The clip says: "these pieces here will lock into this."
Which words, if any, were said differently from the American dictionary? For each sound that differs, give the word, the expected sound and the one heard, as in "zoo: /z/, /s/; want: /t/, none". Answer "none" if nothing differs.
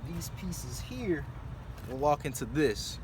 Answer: lock: /l/, /w/